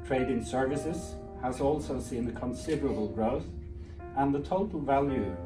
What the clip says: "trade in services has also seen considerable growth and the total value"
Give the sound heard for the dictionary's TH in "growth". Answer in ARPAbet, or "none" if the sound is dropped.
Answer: TH